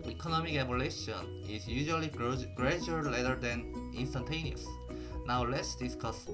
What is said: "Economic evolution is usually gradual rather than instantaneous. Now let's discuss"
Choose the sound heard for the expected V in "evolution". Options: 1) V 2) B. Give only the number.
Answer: 2